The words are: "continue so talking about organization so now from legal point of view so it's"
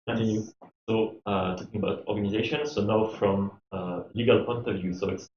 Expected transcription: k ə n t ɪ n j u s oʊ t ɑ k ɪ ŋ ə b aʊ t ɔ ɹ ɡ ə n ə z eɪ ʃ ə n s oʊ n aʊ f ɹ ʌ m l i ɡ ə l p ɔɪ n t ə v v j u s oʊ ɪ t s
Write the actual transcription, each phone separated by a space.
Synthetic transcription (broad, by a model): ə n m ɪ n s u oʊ t ɑ k ɪ ŋ ə b aʊ t ɔ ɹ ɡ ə n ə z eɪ ʃ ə n s oʊ n aʊ f ɹ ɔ m l i ɡ ə l p ɔɪ n t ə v v j u s oʊ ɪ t s